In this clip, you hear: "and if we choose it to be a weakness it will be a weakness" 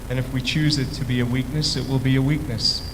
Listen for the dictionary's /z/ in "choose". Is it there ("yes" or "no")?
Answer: yes